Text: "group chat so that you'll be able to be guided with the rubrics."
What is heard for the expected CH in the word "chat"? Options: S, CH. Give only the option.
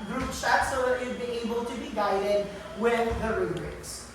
S